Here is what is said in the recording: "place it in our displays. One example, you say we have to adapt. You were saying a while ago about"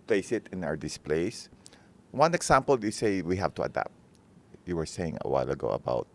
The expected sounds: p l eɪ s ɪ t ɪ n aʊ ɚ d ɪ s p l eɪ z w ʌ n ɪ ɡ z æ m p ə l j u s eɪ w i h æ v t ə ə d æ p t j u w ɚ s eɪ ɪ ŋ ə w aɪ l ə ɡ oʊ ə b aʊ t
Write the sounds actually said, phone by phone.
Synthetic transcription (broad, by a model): p l eɪ s ɪ t ɪ n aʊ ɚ d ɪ s p l eɪ s w ʌ n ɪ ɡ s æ m p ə l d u s eɪ w i h æ v t ə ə d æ p t j u w ɚ s eɪ ɪ ŋ ə w aɪ l ə ɡ oʊ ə b aʊ t